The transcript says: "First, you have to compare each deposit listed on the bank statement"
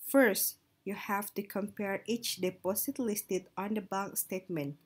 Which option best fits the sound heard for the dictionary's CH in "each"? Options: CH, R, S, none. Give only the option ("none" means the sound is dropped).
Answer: CH